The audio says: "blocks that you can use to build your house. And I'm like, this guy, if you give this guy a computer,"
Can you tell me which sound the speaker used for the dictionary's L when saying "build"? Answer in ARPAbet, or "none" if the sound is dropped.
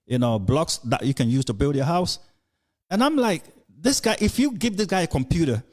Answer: L